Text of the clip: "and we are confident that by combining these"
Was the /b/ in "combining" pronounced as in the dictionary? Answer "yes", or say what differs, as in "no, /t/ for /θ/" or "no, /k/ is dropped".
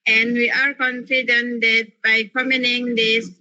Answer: no, /b/ is dropped